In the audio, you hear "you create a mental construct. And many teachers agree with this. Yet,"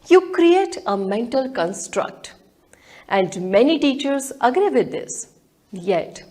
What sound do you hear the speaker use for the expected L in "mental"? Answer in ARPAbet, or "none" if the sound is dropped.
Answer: L